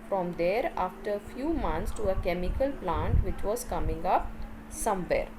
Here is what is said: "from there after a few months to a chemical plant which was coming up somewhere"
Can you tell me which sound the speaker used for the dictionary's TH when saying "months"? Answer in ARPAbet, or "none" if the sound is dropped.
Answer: T